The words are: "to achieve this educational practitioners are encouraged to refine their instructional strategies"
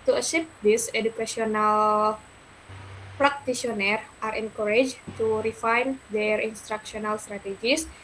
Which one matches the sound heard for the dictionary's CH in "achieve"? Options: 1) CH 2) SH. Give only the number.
2